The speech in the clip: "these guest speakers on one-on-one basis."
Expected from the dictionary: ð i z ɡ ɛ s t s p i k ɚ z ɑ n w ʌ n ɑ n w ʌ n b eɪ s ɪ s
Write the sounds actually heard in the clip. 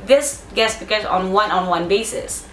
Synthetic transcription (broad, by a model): ð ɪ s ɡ ɛ t s b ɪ k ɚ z n w ʌ n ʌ n w ʌ n b eɪ s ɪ s